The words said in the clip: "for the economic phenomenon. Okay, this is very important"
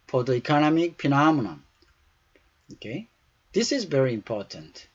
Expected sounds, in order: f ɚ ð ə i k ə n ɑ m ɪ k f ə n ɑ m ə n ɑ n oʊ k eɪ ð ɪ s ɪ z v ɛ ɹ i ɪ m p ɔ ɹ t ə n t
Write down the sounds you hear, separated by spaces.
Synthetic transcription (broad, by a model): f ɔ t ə i k ə n ɑ m ɪ k p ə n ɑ m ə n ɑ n oʊ k eɪ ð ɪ s ɪ z v ɛ ɹ i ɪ m p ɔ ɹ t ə n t